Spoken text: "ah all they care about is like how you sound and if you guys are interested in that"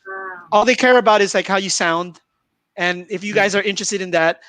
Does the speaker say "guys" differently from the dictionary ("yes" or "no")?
no